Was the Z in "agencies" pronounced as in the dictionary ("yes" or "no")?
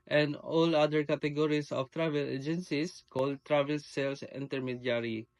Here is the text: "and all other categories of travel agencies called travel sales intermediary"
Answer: no